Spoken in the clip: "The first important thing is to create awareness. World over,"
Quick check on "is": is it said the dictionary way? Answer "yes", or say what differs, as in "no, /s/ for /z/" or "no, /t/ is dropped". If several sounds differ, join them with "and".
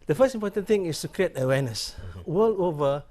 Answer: no, /s/ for /z/